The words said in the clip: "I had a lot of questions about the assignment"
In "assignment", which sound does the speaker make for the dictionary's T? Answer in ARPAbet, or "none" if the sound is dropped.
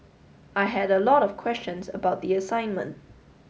T